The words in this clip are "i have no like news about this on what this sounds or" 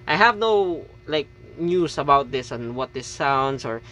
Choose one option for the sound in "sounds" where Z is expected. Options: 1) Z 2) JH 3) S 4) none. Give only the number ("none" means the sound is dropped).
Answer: 3